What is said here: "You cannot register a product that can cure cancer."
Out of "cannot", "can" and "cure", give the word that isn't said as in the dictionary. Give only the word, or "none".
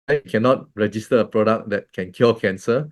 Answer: cure